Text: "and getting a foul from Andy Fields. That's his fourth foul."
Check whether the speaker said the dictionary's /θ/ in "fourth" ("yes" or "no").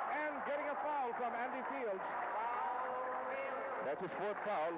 no